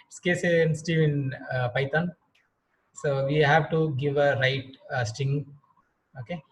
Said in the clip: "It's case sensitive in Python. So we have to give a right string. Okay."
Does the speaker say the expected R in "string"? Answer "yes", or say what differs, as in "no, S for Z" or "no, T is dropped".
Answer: no, R is dropped